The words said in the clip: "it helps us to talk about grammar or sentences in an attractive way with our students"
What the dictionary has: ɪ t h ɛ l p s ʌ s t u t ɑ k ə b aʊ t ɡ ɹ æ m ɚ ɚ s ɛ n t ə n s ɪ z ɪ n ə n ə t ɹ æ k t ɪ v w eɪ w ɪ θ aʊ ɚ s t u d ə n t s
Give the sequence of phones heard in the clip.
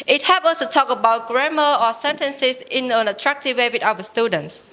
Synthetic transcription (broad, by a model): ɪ t h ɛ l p ʌ s t u t ɑ k ə b aʊ t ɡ ɹ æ m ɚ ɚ s ɛ n t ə n s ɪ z ɪ n ə n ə t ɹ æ k t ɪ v w eɪ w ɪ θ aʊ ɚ s t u d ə n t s